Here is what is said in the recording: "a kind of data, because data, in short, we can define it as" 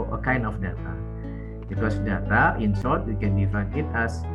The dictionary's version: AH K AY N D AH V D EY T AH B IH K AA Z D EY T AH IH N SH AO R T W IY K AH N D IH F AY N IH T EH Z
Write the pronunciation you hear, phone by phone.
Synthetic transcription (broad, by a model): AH K AY N D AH F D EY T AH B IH K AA S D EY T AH IH N S AO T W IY K AH N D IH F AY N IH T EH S